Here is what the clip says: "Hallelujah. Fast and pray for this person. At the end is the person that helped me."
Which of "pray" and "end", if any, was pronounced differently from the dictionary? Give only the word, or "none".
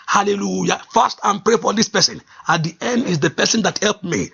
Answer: none